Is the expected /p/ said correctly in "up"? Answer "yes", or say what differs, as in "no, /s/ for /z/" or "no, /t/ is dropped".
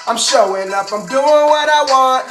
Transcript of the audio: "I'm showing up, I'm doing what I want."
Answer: no, /f/ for /p/